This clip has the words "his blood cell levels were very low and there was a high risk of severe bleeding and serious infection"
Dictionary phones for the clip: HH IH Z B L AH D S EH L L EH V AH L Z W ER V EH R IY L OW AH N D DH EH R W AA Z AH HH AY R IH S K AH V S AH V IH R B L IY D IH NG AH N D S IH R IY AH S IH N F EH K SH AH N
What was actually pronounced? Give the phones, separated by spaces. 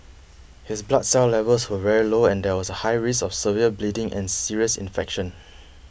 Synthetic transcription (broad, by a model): HH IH S B L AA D S EH L L EH V AH L S W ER V EH R IY L OW AH N D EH W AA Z AH HH AY R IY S AH F S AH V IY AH B L IY D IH NG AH N S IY R IY AH S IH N F EH K SH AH N